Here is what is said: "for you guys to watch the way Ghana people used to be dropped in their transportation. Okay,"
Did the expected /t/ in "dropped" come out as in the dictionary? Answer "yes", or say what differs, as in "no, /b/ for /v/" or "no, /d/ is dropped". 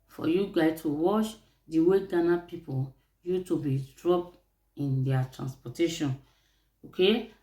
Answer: no, /t/ is dropped